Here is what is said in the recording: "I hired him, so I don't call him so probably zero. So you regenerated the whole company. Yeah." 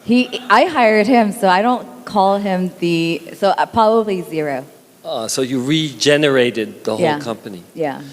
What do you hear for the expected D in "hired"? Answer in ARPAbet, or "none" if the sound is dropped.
D